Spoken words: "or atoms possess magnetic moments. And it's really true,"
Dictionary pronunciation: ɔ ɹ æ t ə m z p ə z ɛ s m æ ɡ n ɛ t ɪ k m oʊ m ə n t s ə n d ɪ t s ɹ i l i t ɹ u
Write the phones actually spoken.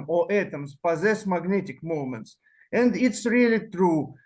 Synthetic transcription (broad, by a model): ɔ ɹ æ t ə m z p ə z ɛ s m æ ɡ n ɛ t ɪ k m oʊ m ə n t s ə n d ɪ t s ɹ i l i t ɹ u